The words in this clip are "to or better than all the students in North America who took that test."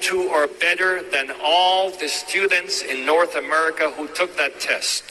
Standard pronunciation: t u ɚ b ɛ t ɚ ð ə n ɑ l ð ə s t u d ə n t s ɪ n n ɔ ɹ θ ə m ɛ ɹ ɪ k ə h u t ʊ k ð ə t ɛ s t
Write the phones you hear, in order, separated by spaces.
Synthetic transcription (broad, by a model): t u ɚ b ɛ t ɚ ð ə n ɑ l ð ə s t u d n t s ɪ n n ɔ ɹ θ ə m ɛ ɹ ɪ k ə h u t ʊ k ð ə t ɛ s t